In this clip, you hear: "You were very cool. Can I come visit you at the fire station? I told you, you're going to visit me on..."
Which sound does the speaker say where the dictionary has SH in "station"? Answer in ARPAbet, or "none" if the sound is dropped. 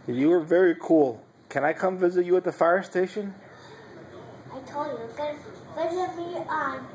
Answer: SH